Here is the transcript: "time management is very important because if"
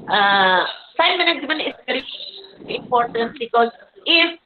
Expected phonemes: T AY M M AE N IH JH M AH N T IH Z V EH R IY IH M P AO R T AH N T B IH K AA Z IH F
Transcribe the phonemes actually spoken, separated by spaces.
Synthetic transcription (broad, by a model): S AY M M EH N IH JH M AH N IH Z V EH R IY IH M P AO R T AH N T B IH K AA Z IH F